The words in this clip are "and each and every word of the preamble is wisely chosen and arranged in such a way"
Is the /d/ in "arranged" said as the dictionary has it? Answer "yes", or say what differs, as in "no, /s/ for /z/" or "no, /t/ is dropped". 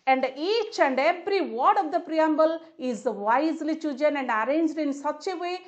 yes